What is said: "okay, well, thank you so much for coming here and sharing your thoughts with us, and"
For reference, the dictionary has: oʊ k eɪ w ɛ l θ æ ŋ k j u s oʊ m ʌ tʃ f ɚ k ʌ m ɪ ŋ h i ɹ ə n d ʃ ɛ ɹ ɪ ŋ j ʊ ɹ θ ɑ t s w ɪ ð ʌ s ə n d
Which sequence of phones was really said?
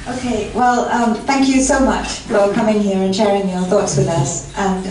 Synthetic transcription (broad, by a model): oʊ k eɪ w ɛ l θ æ ŋ k j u s oʊ m ʌ tʃ f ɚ k ʌ m ɪ ŋ h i ɹ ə n ʃ ɛ ɹ ɪ ŋ j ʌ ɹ θ ɑ t s w ɪ ð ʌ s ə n